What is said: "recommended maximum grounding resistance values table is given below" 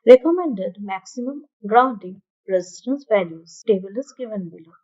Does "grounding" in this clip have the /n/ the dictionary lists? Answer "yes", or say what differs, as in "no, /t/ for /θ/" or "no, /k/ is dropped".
no, /n/ is dropped